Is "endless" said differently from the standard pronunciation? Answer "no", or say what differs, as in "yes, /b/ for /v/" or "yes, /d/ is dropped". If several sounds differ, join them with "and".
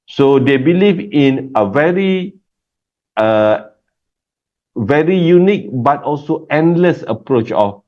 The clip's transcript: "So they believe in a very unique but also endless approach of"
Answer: no